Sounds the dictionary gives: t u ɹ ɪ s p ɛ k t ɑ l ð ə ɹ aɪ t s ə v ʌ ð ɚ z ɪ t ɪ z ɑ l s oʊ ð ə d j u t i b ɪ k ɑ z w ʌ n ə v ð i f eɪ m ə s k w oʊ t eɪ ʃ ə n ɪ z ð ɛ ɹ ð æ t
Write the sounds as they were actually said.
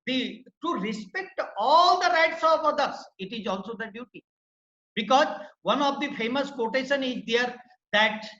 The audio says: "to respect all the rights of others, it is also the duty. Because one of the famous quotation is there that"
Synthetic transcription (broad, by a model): t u ɹ ɪ s p ɛ k t ɑ l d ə ɹ aɪ t s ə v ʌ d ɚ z ɪ t ɪ z ɑ l s oʊ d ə d j u t i b ɪ k ɑ z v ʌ n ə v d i f eɪ m ə s k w oʊ t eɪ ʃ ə n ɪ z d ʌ ɹ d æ t